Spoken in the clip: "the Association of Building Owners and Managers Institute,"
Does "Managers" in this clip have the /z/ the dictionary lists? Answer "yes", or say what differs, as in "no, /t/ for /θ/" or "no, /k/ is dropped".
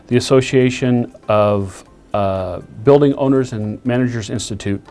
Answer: yes